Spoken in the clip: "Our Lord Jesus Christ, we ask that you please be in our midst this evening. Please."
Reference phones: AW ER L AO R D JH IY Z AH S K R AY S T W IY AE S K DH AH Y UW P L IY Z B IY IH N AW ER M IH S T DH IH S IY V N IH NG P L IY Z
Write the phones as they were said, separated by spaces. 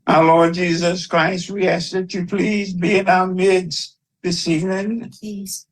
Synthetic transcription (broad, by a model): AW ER L AO R D JH IY Z AH S K R AY S T W IY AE S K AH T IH P L IY Z B IY IH N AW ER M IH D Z DH IH S IY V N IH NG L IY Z